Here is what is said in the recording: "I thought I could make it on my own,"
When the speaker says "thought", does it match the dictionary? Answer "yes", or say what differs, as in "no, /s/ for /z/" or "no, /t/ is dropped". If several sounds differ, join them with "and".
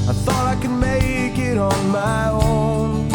yes